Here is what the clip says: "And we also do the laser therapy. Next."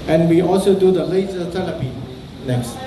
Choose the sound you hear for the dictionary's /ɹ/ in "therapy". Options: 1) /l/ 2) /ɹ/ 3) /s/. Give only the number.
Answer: 1